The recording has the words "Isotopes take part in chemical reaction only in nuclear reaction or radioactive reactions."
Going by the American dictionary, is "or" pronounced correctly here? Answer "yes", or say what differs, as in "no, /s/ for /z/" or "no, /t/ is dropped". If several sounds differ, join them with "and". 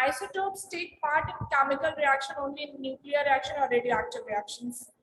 no, /l/ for /ɹ/